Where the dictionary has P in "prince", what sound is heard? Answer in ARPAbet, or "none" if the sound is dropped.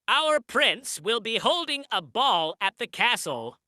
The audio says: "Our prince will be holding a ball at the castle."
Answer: P